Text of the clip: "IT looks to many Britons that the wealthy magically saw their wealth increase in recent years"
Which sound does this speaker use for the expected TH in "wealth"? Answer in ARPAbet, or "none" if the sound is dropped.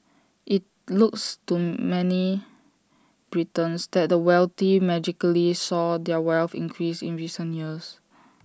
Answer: F